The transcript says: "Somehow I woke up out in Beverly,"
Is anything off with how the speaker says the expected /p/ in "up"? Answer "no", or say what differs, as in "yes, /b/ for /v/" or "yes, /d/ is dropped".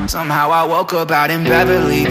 yes, /b/ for /p/